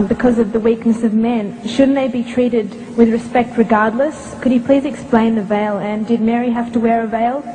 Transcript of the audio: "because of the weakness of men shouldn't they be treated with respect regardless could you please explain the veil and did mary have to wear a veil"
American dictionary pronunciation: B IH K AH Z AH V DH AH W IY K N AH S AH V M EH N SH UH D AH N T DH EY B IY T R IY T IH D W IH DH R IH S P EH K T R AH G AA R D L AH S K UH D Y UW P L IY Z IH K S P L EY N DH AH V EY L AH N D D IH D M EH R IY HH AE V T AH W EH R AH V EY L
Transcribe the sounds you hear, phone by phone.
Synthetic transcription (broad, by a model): B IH K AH Z AH V DH AH W IY K N AH S AH V M EH N SH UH D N DH EY B IY T R IY T IH D W IH DH R IH S P EH K T R AH G AA R D L AH S K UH D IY P L IY Z IH K S P L EY N DH AH V EY L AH N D D IH D M EH R IY HH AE F T AH W EH R AH V EY L